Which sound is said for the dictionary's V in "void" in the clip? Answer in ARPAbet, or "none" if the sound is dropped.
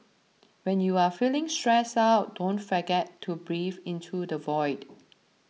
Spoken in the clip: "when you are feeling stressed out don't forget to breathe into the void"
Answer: V